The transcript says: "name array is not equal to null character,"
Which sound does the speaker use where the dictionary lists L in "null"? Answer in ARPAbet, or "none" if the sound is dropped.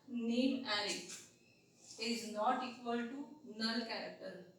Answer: N